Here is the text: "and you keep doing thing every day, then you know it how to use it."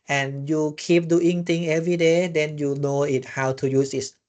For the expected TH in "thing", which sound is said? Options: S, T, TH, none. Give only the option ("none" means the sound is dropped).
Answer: T